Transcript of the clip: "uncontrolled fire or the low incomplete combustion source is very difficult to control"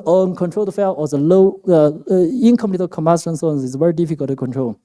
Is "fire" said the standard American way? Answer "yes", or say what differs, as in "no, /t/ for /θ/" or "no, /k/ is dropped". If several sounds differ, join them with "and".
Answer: no, /l/ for /ɹ/